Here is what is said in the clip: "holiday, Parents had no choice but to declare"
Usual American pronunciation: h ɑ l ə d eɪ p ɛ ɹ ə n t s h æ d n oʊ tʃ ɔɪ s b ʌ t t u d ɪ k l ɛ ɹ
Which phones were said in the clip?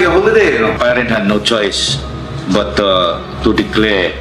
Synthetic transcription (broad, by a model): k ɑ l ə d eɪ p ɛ ɹ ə n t h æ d n oʊ tʃ ɔɪ s b ʌ t t u d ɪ k l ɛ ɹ